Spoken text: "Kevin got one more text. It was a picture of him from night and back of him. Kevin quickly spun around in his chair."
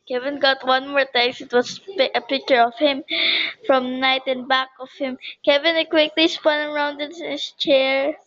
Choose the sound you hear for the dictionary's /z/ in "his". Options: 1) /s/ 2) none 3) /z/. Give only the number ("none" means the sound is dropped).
1